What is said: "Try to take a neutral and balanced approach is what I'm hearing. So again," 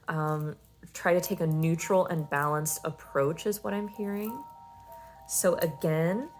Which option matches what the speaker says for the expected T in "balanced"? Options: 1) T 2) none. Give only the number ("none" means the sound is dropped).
1